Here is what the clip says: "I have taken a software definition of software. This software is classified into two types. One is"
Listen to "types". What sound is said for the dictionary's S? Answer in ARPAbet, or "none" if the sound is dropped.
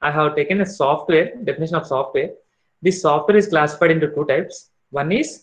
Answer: S